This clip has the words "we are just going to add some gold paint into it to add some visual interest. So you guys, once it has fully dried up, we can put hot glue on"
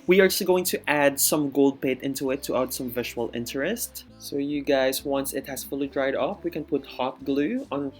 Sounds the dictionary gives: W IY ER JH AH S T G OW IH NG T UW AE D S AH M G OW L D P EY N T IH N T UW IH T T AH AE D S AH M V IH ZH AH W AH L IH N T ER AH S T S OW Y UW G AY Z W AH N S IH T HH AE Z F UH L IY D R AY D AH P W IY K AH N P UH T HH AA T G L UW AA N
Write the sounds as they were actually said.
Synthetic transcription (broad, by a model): W IY ER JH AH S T G OW IH NG T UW AE D S AH M G OW L D P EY T IH N T UW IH T T AH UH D S AH M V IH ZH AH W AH L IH N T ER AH S T S OW Y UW G AY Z W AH N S IH T HH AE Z F UH L IY D R AY D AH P W IY K AH N P UH T HH AA T G L UW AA N